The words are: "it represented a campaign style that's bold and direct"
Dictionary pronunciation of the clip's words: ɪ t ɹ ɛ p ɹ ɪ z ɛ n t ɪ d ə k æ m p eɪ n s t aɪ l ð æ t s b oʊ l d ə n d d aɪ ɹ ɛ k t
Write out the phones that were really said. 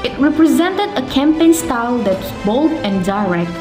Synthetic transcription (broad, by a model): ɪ t ɹ ɛ p ɹ ɪ z ɛ n t ɪ d ə k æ m p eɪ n s t aɪ l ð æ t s b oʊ l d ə n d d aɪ ɹ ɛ k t